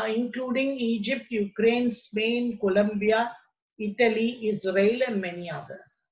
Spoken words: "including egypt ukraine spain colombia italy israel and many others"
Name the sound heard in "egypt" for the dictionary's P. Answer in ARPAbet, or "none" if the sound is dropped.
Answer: P